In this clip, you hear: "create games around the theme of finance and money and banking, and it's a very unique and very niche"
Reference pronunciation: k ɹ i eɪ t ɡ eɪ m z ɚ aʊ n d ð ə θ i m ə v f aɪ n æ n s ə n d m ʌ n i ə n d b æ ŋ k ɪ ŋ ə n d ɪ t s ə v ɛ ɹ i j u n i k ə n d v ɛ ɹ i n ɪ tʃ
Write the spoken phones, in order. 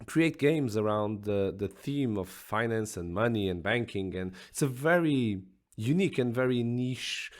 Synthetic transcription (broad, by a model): k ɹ i eɪ t ɡ eɪ m z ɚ aʊ n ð ð ə θ i m ə v f aɪ n æ n s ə n m ʌ n i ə n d b æ ŋ k ɪ ŋ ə n ɪ t s ə v ɛ ɹ i j u n i k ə n v ɛ ɹ i n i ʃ